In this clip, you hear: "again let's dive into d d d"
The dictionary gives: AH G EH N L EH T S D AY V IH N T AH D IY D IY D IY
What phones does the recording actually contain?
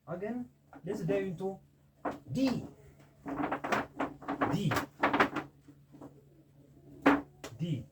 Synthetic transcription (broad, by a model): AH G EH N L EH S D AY IH N T AH D IY D IY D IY